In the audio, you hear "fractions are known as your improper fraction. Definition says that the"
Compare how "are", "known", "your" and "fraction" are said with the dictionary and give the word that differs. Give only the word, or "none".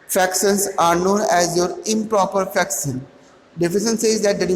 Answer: fraction